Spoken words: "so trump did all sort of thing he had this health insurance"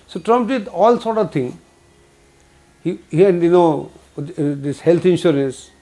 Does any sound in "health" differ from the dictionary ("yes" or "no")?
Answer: yes